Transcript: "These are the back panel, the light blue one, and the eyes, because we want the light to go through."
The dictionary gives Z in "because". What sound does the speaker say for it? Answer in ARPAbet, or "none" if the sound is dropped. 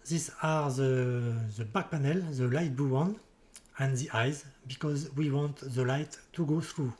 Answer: Z